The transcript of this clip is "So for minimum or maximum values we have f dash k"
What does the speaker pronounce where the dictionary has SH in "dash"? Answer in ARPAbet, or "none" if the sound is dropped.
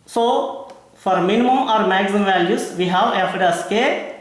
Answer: S